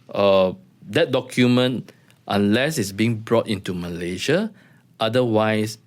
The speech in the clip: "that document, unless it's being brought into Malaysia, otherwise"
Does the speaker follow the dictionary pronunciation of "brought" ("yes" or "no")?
yes